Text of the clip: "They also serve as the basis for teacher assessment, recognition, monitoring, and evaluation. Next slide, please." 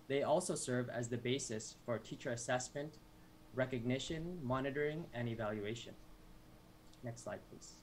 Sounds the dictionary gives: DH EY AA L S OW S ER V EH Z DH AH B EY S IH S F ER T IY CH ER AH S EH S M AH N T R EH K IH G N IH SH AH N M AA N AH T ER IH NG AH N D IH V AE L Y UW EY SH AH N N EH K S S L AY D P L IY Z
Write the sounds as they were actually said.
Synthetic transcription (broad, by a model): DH EY AA L S OW S ER V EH Z DH AH B EY S IH S F ER T IY CH ER AH S EH S M AH N T R EH K IH G N IH SH AH N M AA N AH T ER IH NG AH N IH V AE L Y UW EY SH AH N N EH K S S L AY D P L IY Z